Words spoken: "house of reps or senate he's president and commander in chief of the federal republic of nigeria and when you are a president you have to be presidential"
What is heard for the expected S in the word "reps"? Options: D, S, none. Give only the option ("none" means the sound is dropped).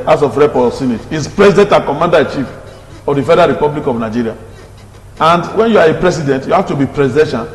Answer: none